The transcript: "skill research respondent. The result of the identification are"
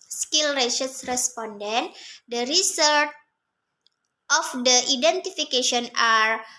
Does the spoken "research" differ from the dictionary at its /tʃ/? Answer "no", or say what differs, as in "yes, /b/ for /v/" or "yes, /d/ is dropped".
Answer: yes, /s/ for /tʃ/